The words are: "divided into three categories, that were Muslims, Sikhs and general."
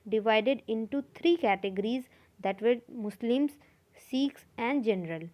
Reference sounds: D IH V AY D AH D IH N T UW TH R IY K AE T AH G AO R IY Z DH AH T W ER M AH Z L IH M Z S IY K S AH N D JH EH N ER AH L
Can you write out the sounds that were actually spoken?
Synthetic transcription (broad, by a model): D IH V AY D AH D IH N T UW T R IY K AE T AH G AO R IY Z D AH T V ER M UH S L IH M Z S IY K S AH N D JH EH N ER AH L